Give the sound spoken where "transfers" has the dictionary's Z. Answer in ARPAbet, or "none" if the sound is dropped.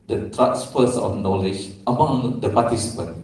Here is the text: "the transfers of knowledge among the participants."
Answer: S